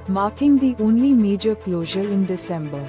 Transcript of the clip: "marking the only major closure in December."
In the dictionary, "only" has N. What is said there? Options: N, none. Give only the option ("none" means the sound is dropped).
N